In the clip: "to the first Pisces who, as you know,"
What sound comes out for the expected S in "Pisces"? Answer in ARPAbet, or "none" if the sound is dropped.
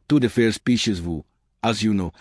SH